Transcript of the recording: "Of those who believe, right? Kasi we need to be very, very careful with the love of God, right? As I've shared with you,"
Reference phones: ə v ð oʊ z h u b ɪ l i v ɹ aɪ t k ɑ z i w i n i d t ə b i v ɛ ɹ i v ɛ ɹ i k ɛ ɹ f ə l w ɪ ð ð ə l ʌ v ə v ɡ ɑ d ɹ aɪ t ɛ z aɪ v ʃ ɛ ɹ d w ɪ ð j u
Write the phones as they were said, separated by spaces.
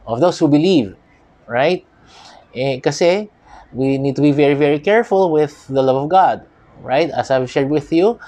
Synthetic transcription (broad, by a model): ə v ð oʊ s h u b ɪ l i v ɹ aɪ t k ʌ s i w i n i d t ə b i v ɛ ɹ i v ɛ ɹ i k ɛ ɹ f ə l w ɪ ð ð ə l ʌ v ə v ɡ ɑ d ɹ aɪ t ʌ s aɪ v ʃ ɛ ɹ d w ɪ ð j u